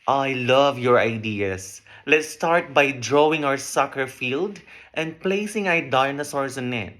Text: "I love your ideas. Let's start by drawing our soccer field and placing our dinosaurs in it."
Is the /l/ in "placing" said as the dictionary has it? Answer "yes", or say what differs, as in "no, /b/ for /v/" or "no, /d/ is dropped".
yes